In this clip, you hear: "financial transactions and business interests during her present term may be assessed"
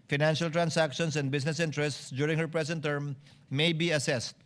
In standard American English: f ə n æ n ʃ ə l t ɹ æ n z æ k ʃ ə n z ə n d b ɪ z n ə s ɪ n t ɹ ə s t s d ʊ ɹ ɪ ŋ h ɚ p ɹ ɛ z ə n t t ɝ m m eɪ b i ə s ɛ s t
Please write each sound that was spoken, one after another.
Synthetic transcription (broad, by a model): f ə n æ n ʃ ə l t ɹ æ n s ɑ k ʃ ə n s ə n d b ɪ s n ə s ɪ n t ɹ ə s t s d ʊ ɹ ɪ ŋ h ɚ p ɹ ɛ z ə n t t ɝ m m eɪ b i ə s ɛ s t